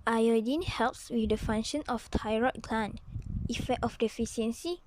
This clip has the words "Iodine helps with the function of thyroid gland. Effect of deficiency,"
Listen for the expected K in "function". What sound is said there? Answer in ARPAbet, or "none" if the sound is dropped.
none